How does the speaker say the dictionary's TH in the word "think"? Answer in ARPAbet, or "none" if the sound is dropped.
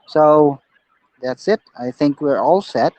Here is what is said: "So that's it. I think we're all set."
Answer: TH